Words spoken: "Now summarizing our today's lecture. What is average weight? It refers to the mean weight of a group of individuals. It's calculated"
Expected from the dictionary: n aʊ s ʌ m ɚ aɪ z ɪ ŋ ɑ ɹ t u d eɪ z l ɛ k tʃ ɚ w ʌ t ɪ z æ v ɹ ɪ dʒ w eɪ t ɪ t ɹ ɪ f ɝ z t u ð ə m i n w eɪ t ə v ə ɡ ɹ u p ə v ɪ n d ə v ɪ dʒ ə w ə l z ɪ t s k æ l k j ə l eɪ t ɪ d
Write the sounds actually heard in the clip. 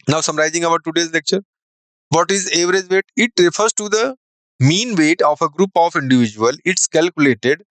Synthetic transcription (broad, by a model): n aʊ s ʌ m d aɪ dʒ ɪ ŋ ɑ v t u d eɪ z l ɛ k tʃ ɚ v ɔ t ɪ z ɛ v ɹ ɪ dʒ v eɪ t ɪ t ɹ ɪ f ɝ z t u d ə m i n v eɪ t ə f ə ɡ ɹ u p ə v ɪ n d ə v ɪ dʒ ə ə l ɪ t s k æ l k j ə l eɪ t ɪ d